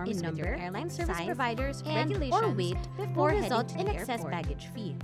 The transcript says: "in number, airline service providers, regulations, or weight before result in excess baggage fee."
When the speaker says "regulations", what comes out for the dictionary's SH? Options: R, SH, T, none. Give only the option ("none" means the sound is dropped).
none